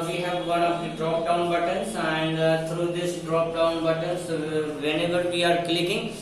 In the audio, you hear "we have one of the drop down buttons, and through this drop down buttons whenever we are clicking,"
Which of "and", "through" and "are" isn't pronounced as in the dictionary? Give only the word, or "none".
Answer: through